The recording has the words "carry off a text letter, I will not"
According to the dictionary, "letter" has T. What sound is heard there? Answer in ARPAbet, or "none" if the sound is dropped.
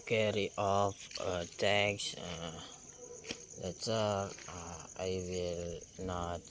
S